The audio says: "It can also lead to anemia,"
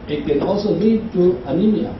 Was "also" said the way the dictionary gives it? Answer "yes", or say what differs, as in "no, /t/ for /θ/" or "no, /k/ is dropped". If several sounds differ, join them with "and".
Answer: no, /l/ is dropped